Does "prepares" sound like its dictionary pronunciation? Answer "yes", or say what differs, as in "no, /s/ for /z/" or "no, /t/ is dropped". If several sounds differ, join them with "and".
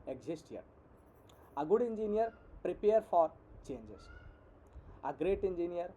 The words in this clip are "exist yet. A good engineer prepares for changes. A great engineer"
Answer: no, /z/ is dropped